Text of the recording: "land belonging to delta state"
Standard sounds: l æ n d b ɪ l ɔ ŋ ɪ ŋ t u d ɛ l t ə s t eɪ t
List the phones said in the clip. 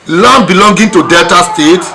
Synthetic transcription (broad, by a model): l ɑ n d b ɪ l ɔ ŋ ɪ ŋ t u d ɛ l t ə s t eɪ t